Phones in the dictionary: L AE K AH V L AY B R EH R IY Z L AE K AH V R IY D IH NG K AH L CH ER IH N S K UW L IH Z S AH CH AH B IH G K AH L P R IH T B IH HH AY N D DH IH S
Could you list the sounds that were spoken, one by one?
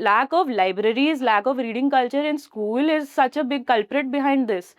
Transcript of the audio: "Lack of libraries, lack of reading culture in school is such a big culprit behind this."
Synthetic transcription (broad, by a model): L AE K AH V L AY B R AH R IY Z L AE K AH V R IY D IH NG K AH L CH ER IH N S K UW L IH Z S AH CH AH B IH G K AH L P R IH T B IH HH AY N D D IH S